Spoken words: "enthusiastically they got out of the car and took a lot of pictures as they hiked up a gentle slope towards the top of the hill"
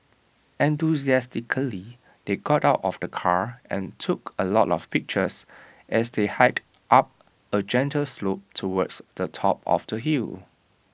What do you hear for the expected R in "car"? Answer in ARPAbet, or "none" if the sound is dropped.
R